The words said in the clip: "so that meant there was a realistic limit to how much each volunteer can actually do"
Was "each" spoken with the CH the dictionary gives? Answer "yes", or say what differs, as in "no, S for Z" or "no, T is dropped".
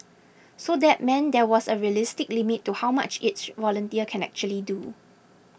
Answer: no, S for CH